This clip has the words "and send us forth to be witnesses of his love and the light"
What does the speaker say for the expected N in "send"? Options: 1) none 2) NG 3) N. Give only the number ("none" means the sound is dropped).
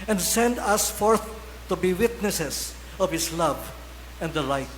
3